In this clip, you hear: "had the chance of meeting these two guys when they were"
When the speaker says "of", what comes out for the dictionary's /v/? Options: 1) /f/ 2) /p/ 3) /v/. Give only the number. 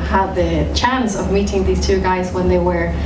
3